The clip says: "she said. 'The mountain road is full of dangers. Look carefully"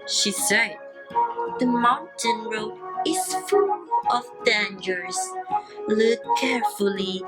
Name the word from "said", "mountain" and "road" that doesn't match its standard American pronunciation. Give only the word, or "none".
road